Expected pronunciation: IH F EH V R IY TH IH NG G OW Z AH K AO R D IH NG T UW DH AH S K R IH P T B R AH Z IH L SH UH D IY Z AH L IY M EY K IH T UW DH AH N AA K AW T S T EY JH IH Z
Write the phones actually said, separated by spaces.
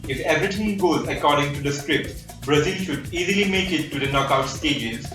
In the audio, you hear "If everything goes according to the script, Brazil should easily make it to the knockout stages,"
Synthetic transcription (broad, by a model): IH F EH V R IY T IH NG G OW Z AH K AO R D IH NG T UW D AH S K R IH P T B R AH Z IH L SH UH D IY Z AH L IY M EY K IH T UW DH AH N AA K AW T S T EY JH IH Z